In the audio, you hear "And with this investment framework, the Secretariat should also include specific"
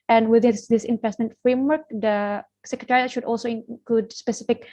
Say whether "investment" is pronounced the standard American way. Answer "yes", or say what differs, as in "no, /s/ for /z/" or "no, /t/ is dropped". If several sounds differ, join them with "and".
no, /p/ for /v/